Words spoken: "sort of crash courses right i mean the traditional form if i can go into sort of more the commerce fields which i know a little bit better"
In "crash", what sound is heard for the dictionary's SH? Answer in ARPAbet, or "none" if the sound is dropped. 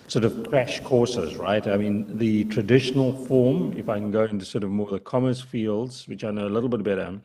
SH